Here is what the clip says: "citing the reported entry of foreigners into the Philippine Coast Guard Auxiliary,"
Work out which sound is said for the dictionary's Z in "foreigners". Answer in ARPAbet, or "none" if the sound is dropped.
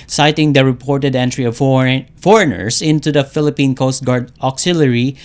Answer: S